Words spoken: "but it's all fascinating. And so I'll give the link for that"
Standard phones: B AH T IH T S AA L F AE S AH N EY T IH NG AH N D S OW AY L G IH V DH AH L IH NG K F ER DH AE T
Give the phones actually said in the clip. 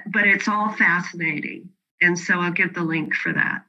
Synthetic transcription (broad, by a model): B AH T IH T S AA L F AE S AH N EY T IH NG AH N S OW AY L G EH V DH AH L IH NG K F ER DH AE T